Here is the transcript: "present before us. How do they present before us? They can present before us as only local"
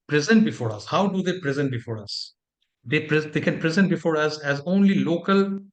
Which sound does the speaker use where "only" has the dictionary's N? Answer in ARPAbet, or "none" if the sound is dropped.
N